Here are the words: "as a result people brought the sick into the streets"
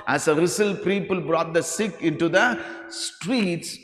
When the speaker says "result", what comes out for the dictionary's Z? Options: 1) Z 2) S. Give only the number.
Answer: 2